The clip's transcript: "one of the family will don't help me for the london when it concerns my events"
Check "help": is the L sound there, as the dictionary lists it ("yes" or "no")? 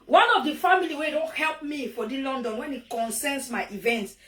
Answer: yes